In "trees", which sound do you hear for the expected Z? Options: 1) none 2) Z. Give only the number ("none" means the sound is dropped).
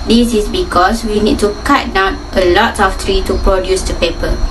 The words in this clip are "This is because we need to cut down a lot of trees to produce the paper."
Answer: 1